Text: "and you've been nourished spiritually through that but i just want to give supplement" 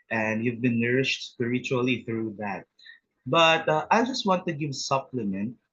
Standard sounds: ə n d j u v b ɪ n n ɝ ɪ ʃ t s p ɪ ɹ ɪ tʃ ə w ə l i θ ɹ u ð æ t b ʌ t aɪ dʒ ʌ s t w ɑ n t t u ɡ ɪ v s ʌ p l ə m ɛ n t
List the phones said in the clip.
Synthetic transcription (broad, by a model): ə n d j u v b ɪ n n ɝ ɪ ʃ t s p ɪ ɹ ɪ tʃ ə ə l i θ ɹ u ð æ t b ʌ t aɪ dʒ ʌ s t w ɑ n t t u ɡ ɪ v s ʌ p l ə m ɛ n t